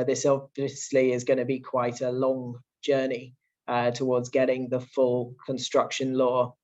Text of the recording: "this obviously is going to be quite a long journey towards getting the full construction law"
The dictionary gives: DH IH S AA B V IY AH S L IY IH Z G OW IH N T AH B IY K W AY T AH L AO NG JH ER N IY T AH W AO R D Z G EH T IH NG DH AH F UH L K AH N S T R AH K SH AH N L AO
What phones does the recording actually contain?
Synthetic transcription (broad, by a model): DH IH S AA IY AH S L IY IH Z G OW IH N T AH B IY K W AY T AH L AO NG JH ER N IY T AH W AO D Z G EH T IH NG DH AH F UH L K AH N S T R AH K SH AH N L AO